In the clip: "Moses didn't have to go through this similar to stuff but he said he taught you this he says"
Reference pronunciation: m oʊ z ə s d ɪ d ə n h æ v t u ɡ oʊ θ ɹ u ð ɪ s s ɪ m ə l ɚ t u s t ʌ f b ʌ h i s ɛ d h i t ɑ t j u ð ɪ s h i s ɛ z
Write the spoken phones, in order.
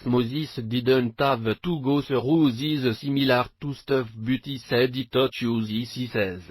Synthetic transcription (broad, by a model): m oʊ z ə s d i d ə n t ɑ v t u ɡ oʊ s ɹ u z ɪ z s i m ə l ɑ t u s t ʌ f b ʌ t i s ɛ d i t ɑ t j u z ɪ s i s ɛ z